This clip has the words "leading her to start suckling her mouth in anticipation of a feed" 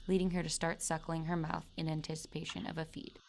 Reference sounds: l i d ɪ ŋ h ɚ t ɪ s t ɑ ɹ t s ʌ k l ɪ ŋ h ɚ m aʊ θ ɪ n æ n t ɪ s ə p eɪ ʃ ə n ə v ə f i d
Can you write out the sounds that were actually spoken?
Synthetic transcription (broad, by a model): l i d ɪ ŋ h ɚ t ɪ s t ɑ ɹ t s ʌ k l ɪ ŋ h ɚ m aʊ θ ɪ n æ n t ɪ s ə p eɪ ʃ ə n ə v ə f i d